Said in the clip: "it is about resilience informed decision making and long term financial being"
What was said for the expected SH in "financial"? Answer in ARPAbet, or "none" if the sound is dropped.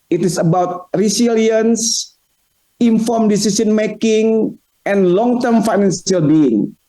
S